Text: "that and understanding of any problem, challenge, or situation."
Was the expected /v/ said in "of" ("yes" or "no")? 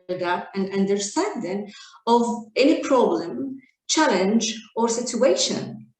yes